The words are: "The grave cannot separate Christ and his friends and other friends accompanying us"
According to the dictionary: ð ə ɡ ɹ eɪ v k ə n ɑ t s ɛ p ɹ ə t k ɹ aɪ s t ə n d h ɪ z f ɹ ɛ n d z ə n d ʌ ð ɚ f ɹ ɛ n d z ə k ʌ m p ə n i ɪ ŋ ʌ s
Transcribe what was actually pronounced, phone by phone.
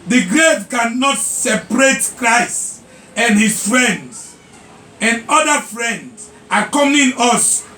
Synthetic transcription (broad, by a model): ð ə ɡ ɹ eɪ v k ə n ɑ t s ɛ p ɹ ə t k ɹ aɪ s t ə n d h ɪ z f ɹ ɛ n d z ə n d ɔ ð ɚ f ɹ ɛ n d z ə k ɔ m ə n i s